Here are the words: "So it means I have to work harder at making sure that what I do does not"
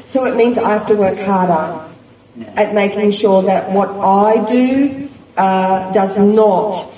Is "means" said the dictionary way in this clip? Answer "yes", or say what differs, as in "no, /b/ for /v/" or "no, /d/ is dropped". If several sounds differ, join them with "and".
yes